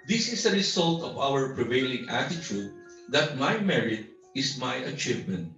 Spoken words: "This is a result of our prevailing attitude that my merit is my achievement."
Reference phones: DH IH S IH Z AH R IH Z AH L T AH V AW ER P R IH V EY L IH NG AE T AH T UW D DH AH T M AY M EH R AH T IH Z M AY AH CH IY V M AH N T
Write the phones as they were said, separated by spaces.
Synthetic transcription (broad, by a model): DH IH S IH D AH R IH S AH L T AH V AW ER P R IH V EY L IH NG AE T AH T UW D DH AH T M AY M EH R AH T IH S M AY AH CH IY V M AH N T